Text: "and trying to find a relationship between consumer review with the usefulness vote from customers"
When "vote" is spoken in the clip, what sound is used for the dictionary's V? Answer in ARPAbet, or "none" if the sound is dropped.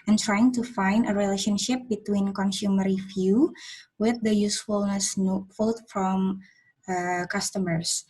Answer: F